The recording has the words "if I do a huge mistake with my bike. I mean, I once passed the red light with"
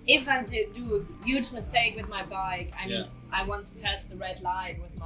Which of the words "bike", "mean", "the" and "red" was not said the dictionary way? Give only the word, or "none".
none